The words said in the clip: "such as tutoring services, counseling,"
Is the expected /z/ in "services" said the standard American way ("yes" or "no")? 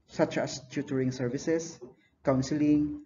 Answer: no